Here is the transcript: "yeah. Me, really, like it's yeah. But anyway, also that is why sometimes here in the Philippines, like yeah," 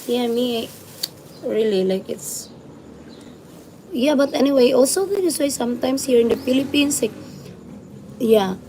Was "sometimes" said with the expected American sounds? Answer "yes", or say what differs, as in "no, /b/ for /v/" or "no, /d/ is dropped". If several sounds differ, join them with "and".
no, /s/ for /z/